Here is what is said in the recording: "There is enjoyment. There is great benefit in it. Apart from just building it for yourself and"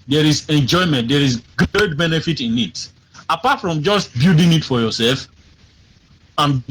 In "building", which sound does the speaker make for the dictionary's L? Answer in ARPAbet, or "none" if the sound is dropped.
none